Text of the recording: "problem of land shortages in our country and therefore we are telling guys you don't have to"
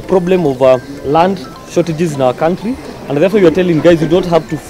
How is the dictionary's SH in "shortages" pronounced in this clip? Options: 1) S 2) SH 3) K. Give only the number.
2